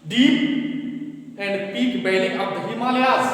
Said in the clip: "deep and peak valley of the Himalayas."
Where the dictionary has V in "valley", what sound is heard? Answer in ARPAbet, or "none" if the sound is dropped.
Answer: B